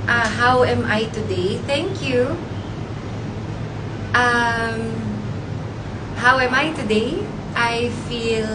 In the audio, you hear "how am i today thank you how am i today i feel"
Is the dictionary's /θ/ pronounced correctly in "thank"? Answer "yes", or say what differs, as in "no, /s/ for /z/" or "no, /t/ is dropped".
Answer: yes